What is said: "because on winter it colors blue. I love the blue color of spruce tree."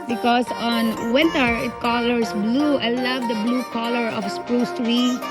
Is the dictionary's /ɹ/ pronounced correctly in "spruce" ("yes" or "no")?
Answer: yes